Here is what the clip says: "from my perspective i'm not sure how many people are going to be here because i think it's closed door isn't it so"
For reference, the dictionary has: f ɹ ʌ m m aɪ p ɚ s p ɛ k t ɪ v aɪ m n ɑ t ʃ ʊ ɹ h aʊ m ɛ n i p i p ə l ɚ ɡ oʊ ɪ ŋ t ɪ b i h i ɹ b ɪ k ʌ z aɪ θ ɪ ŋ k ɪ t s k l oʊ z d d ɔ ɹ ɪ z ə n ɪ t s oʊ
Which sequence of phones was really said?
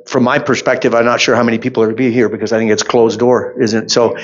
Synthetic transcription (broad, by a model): f ɹ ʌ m m aɪ p ɚ s p ɛ k t ɪ v aɪ m n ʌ t ʃ ʊ ɹ h aʊ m ɛ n i p i p l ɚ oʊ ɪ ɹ t ɪ b i h i ɹ b ɪ k ʌ z aɪ θ ɪ ŋ k ɪ t s k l oʊ z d d ɔ ɹ ɪ z ə n t s oʊ